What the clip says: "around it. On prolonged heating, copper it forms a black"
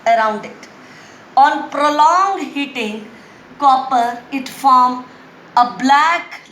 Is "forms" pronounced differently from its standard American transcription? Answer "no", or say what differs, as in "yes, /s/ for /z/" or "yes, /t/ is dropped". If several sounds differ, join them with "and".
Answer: yes, /z/ is dropped